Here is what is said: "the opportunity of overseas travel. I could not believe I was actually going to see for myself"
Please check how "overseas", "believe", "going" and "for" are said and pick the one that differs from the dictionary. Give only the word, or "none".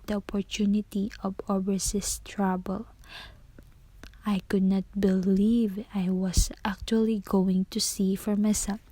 overseas